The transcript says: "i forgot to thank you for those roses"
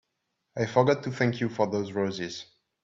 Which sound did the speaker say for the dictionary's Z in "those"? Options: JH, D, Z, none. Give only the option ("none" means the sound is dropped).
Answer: Z